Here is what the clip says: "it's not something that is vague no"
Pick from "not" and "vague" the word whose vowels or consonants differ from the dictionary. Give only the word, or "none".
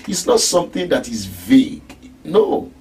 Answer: none